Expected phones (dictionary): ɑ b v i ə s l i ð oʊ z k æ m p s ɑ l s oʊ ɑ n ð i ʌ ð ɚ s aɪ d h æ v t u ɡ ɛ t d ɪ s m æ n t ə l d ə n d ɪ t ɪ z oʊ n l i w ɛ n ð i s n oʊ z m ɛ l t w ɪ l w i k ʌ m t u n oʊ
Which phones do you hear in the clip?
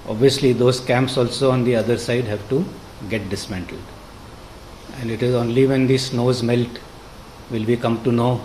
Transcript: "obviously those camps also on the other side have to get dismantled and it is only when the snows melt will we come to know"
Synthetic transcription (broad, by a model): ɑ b v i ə s l i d oʊ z k æ m p s ɑ l s oʊ ɑ n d i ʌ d ɚ s aɪ d h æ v t u ɡ ɛ t d ɪ s m æ n t ə l d ə n d ɪ t ɪ z oʊ n l i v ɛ n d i s n oʊ z m ɛ l t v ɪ l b i k ʌ m t u n oʊ